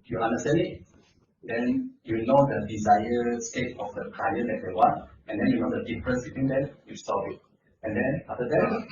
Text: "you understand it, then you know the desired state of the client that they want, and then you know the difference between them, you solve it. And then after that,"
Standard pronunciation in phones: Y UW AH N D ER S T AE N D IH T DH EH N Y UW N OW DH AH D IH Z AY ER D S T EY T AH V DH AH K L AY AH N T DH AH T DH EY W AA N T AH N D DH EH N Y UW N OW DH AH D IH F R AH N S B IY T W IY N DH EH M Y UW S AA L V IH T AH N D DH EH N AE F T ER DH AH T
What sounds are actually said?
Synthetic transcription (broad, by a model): Y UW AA N D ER S T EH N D IH T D EH N Y UW N OW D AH D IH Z AY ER S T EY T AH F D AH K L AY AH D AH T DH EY W AA N T AH N D EH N Y UW N OW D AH D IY F R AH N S B IY T W IY N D EH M Y UW S AA V IH T AH N D EH N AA F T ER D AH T